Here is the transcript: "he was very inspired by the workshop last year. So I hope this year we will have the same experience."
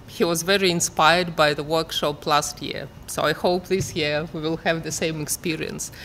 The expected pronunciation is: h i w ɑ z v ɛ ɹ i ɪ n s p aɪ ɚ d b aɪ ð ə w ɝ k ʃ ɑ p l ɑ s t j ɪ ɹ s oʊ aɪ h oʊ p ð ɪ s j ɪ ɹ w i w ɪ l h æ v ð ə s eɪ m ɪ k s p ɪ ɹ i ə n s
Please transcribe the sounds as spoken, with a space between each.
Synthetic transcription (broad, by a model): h i w ɑ z v ɛ ɹ i ɪ n s p aɪ ɚ d b aɪ ð ə w ɝ k ʃ ɑ p l ɑ s t j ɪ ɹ s oʊ aɪ h oʊ p ð ɪ s j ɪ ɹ w i w ɪ l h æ v ð ə s eɪ m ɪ k s p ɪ ɹ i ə n s